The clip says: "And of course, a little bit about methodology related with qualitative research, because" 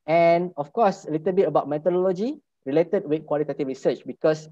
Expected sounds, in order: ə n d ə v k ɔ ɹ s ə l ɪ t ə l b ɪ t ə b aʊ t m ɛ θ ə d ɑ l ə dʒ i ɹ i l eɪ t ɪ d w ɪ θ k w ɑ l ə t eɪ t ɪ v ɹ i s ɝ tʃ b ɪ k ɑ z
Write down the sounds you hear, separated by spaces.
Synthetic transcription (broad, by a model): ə n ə f k ɔ s ə l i t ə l b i t ə b aʊ t m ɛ t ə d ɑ l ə dʒ i ɹ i l eɪ t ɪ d w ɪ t k w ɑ l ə t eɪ t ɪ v ɹ i s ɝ tʃ b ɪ k ɑ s